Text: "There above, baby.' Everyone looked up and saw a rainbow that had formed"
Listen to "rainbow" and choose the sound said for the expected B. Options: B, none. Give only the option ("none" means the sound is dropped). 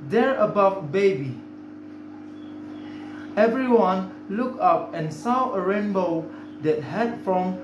B